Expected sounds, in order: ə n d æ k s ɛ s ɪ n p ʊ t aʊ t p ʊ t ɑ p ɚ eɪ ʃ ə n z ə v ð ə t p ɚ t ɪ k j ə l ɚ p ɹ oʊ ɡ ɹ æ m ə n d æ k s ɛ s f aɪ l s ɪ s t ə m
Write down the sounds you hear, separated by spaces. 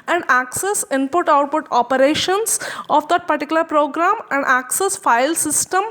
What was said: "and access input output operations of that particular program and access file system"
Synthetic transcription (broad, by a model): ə n d æ k s ɛ s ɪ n p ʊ t aʊ t p ʊ t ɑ p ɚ eɪ ʃ ə n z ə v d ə t p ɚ t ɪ k j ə l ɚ p ɹ oʊ ɡ ɹ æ m ə n d æ k s ɛ s f aɪ l s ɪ s t ə m